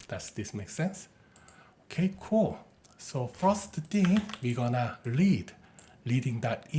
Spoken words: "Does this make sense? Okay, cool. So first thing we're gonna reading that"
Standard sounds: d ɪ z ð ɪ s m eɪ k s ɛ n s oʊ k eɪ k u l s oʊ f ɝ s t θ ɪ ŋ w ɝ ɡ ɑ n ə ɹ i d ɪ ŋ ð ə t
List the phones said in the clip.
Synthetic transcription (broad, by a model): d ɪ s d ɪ s m eɪ k s ɛ n s oʊ k eɪ k u l s oʊ f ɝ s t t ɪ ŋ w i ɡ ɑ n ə l i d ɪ ŋ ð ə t